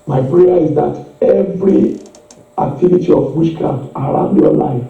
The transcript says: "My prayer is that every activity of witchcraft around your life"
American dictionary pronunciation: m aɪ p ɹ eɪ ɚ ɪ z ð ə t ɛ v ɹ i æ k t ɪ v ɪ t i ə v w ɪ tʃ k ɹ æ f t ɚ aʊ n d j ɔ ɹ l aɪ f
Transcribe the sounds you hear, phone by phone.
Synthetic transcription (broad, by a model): m aɪ p ɹ eɪ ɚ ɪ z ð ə t ɛ v ɹ i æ k t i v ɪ t i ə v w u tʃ k ɑ t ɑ aʊ n d j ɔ l aɪ f